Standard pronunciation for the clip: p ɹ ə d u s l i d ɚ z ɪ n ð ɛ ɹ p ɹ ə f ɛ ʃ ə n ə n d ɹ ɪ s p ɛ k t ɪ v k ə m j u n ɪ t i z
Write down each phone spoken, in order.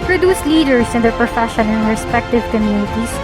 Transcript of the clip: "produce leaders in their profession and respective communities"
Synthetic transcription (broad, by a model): p ɹ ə d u s l i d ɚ s ɪ n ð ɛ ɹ p ɹ ə f ɛ ʃ ə n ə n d ɹ ɪ s p ɛ k t ɪ v k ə m j u n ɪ t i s